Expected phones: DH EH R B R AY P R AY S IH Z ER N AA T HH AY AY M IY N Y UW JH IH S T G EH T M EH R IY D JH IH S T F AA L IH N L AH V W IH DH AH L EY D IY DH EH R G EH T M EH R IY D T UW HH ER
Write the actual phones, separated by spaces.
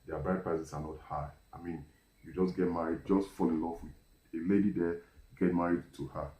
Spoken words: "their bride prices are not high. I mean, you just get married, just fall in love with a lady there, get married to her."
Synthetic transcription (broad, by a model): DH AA B R AY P R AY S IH S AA N AA T HH AY AY M IY N Y UW JH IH S G EH T M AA R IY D JH IH S T F AA L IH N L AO F W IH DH AH L EY D IY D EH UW G EH T M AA R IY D T UW HH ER